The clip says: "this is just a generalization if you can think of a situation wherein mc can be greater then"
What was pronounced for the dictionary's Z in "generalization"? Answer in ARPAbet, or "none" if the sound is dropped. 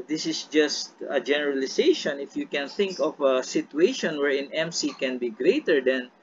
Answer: S